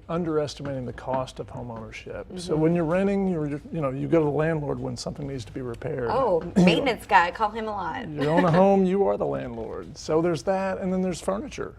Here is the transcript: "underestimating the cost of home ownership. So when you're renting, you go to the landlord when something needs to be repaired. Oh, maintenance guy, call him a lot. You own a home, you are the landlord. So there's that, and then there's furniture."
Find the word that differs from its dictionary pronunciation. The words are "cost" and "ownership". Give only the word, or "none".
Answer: none